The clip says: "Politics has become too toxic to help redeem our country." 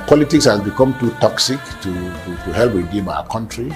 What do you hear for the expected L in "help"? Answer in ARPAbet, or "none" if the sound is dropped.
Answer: L